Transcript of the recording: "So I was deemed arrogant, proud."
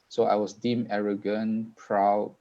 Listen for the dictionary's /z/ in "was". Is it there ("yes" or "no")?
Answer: no